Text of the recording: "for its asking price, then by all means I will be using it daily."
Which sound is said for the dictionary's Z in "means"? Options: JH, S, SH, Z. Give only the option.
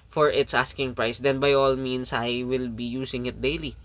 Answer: S